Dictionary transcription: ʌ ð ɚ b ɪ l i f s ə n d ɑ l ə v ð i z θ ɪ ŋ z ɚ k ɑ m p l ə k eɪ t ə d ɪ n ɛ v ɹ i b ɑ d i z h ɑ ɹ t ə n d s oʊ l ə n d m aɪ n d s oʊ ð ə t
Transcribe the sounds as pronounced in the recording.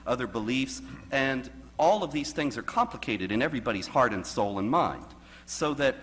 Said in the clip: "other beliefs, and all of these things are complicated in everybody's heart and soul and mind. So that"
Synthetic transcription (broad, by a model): ʌ ð ɚ b ɪ l i f s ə n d ɑ l ə v ð i z θ ɪ ŋ z ɚ k ɑ m p l ə k eɪ t ə d ɪ n ɛ v ɹ i b ɑ d i z h ɑ ɹ t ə n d s oʊ l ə n m aɪ n d s oʊ ð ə t